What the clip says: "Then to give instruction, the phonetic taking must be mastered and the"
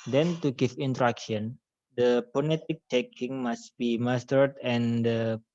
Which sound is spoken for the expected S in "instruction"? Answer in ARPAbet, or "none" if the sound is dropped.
none